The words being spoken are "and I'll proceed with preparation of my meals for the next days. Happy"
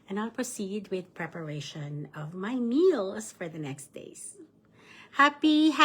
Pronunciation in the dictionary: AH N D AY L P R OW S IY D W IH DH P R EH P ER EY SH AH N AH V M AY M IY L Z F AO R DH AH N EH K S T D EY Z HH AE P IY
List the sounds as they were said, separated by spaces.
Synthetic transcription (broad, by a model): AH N AY L P R OW S IY D W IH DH P R EH P ER EY SH AH N AH V M AY M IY L S F AO R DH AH N EH K S T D EY S HH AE P IY